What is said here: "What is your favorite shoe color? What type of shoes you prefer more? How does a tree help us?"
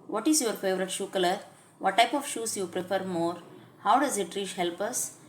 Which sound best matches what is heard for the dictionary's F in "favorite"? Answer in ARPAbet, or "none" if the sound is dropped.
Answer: F